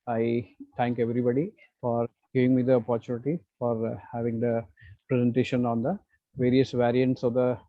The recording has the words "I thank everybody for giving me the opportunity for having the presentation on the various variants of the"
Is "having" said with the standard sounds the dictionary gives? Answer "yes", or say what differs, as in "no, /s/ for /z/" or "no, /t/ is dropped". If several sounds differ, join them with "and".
yes